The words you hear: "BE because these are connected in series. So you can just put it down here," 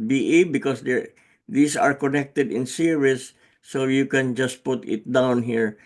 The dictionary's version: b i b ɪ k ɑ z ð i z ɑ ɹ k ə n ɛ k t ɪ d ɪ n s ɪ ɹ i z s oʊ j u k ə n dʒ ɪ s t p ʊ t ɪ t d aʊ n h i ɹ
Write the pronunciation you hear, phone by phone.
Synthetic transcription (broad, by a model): b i b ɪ k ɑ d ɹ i s ɑ ɹ k ə n ɛ k t ɪ d ɪ n s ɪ ɹ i s oʊ j u k ə n dʒ ɪ s t p ʊ t ɪ t d aʊ n h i ɹ